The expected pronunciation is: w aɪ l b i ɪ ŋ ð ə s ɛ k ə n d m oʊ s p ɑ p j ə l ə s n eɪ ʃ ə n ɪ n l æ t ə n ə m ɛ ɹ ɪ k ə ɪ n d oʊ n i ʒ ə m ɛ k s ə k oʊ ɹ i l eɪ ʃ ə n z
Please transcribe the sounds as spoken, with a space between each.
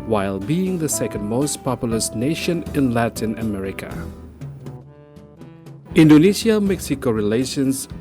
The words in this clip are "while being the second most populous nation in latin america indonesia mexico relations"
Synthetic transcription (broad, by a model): w aɪ l b i ɪ ŋ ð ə s ɛ k ə n d m oʊ s p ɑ p j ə l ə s n eɪ ʃ ə n ɪ n l æ t ə n ə m ɛ ɹ ɪ k ə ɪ n d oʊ n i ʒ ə m ɛ k s ə k oʊ ɹ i l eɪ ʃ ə n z